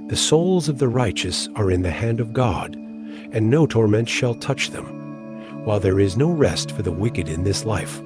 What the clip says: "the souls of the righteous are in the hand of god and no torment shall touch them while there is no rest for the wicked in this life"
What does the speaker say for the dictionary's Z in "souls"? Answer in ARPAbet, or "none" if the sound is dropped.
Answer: Z